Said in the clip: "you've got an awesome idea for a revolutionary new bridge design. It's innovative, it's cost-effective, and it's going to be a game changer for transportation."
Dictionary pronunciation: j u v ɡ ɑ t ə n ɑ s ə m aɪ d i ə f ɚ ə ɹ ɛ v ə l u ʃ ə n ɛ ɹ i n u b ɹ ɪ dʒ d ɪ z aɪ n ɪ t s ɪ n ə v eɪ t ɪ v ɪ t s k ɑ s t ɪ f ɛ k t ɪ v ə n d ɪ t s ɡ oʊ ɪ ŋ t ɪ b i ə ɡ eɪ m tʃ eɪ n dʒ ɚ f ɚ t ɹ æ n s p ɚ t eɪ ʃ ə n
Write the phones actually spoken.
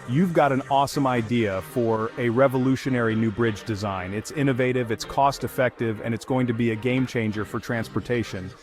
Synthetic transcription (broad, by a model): j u v ɡ ɑ t ə n ɑ s ə m aɪ d i ə f ɚ ə ɹ ɛ v ə l u ʃ ə n ɛ ɹ i n u b ɹ ɪ dʒ d ɪ z aɪ n ɪ t s ɪ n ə v eɪ t ɪ v ɪ t s k ɑ s t ɪ f ɛ k t ɪ v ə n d ɪ t s ɡ oʊ ɪ ŋ t ɪ b i ə ɡ eɪ m tʃ eɪ n dʒ ɚ f ɚ t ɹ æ n s p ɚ t eɪ ʃ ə n